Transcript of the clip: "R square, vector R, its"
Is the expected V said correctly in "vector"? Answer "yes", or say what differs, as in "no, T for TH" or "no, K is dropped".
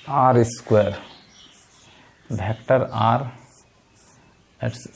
no, B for V